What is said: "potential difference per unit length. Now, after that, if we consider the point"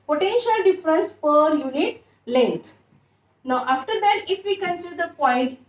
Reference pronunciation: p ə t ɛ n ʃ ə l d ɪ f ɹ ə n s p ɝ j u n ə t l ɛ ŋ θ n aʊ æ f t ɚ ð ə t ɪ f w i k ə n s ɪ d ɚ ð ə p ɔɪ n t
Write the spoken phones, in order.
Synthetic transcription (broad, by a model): p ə t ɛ n ʃ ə l d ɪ f ɹ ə n s p ɝ j u n ə t l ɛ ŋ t n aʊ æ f t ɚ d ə t ɪ f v i k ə n s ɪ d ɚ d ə p ɔɪ n t